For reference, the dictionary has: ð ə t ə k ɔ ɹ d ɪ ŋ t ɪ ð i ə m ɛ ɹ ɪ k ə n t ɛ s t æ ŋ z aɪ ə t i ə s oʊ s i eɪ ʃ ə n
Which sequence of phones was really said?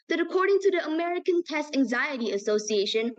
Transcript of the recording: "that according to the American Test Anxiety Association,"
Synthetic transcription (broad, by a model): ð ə t ə k ɔ ɹ d ɪ ŋ t ɪ ð i ə m ɛ ɹ ɪ k ə n t ɛ s t æ ŋ z aɪ ə t i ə s oʊ s i eɪ ʃ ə n